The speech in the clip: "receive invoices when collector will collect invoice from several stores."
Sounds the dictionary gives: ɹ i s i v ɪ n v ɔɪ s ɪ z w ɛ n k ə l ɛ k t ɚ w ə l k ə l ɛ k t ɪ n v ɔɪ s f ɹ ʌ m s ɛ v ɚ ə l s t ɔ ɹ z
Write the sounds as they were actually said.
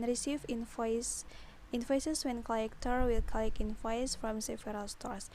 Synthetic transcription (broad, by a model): ɹ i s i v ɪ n f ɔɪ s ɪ s w ɛ n k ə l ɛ k t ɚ w ə l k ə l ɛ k ɪ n f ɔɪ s f ɹ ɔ m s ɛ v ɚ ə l s t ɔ ɹ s